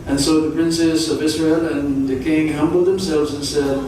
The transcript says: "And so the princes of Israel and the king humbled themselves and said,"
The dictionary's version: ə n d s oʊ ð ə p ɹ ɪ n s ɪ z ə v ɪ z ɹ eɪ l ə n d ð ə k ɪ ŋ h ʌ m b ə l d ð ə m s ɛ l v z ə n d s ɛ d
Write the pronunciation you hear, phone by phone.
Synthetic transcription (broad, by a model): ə n s oʊ ð ə p ɹ ɪ n s ɪ z ə v ɪ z ɹ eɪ l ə n ð ə k ɪ ŋ h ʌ m b l d ð ə m s ɛ l v z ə n s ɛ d